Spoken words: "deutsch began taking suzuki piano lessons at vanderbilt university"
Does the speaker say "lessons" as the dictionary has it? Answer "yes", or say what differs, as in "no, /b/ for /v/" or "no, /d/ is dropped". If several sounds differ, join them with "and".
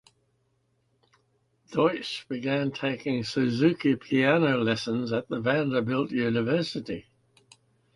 yes